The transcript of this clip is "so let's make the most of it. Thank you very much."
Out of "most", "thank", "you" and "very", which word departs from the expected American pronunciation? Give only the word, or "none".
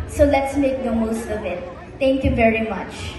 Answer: thank